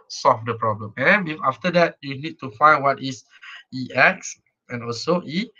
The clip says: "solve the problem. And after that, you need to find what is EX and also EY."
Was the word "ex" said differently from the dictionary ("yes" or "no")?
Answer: no